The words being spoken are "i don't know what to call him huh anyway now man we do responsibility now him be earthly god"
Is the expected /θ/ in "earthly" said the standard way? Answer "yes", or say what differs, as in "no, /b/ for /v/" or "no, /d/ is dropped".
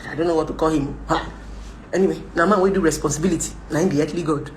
no, /t/ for /θ/